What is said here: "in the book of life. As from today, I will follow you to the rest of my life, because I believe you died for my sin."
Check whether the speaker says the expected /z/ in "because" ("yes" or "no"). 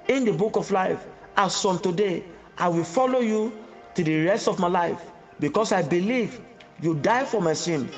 no